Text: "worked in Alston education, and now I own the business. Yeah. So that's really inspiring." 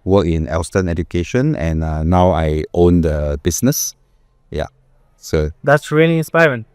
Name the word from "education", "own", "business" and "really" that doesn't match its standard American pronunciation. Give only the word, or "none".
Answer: business